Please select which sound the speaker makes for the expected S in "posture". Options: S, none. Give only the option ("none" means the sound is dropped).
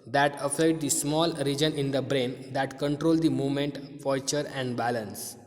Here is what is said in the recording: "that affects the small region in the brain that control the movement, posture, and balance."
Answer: none